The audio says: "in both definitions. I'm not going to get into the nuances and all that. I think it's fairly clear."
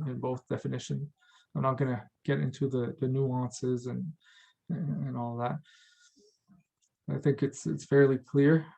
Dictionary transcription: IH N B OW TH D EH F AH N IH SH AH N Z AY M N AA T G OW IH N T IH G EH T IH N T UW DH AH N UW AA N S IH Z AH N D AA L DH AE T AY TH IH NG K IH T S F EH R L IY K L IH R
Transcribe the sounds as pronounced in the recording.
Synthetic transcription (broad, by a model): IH N B OW TH D EH F AH N IH SH AH N Z AY M N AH T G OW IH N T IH G EH T IH N T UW DH AH N UW AA N S IH Z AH N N AA L DH AE T AY TH IH NG K IH T S F EH R L IY K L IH R